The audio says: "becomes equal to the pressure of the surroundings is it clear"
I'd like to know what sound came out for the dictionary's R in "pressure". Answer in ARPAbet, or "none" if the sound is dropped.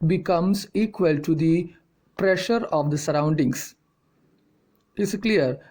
R